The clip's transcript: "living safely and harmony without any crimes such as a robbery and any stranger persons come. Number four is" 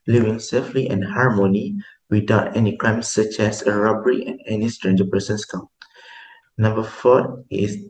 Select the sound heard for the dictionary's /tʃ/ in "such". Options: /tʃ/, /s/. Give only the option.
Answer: /tʃ/